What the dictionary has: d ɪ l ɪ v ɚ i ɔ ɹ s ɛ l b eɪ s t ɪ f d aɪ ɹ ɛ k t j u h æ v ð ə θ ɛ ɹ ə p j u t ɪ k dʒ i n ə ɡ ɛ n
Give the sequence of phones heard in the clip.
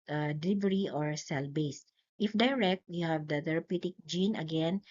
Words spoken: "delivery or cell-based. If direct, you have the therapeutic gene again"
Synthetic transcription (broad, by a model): d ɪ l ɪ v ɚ i ɔ ɹ s ɛ l b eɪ s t ɪ f d aɪ ɹ ɛ k t j u h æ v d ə t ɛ ɹ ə p j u t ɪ k dʒ i n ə ɡ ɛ n